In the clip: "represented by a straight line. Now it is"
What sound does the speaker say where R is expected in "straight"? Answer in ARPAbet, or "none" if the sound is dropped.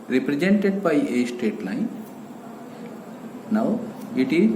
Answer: none